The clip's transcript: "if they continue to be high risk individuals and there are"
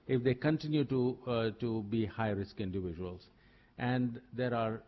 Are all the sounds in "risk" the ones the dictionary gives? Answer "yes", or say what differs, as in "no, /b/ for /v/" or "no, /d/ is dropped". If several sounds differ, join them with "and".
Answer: yes